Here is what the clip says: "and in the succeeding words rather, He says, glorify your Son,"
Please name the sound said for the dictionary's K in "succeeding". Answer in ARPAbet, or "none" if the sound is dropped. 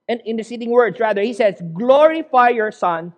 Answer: none